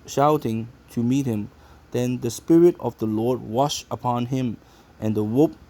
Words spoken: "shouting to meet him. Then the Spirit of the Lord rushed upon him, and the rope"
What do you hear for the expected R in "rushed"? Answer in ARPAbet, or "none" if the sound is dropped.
W